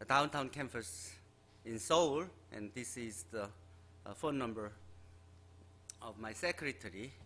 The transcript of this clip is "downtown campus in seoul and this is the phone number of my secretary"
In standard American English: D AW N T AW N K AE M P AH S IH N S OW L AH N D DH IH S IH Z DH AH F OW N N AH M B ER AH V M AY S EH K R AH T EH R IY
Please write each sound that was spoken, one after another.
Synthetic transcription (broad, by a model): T AW N T AW N K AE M F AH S IH N S OW L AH N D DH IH S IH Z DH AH F OW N N AH M B ER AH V M AY S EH K R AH T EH R IY